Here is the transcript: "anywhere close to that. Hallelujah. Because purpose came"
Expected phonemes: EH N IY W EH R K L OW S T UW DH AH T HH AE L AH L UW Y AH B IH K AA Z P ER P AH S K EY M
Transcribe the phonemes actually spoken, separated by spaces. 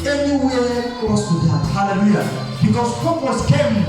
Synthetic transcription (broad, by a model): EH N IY W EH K OW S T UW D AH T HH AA L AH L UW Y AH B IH K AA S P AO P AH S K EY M